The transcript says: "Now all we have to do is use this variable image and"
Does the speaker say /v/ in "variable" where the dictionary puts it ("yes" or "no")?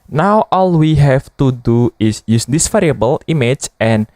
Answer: no